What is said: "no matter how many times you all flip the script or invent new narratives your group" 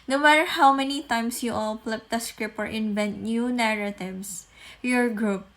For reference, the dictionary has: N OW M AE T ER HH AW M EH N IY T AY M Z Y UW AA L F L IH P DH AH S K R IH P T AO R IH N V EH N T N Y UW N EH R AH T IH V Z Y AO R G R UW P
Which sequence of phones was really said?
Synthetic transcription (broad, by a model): N OW M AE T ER HH AW M EH N IY T AY M S Y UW AA L P L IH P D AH S K R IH P AO R IH N V EH N T N Y UW N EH R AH T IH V S Y AO R G R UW P